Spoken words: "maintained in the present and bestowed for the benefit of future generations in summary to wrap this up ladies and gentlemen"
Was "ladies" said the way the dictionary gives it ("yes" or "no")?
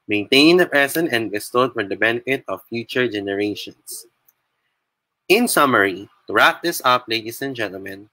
no